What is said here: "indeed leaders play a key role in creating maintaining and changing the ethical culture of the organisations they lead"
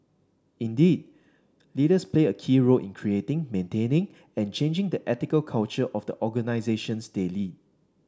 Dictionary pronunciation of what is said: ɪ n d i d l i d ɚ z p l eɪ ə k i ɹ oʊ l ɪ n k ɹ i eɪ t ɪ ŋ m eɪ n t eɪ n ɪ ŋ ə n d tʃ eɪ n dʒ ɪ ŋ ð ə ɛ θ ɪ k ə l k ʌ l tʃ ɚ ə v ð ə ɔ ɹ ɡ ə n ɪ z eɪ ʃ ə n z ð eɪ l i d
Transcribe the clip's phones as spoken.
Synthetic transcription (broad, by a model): ɪ n d i d l i d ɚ s p l eɪ ə k i ɹ oʊ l ɪ n k ɹ i eɪ t ɪ ŋ m eɪ n t eɪ n ɪ ŋ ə n tʃ eɪ n dʒ ɪ ŋ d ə ɛ t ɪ k ə l k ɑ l tʃ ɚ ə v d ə ɔ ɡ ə n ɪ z eɪ ʃ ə n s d eɪ l i